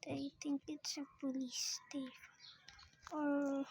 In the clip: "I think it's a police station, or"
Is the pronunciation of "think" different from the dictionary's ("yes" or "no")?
yes